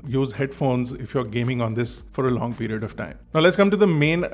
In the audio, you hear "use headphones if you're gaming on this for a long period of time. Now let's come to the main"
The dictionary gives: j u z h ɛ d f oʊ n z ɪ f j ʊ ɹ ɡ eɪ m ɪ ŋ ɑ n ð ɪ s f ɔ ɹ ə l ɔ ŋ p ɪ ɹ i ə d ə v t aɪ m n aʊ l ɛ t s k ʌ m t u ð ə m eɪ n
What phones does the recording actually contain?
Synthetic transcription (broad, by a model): j u z h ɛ d f oʊ n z ɪ f j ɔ ɹ ɡ eɪ m ɪ ŋ ɑ n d ɪ s f ɔ ɹ ə l ɔ ŋ p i ɹ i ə d ə v t aɪ m n aʊ l ɛ t s k ʌ m t u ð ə m eɪ n